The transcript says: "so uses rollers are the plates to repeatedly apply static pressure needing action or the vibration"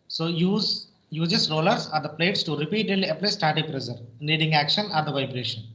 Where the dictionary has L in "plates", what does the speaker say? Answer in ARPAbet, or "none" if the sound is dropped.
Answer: L